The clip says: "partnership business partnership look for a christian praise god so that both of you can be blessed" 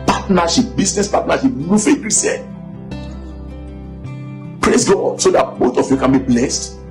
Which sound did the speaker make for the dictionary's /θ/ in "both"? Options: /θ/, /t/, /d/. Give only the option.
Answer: /t/